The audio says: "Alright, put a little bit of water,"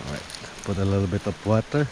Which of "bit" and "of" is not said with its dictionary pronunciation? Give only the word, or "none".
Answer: of